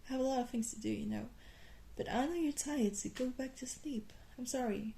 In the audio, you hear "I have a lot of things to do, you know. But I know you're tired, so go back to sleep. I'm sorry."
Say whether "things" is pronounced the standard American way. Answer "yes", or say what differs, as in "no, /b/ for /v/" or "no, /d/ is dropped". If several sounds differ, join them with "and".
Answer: yes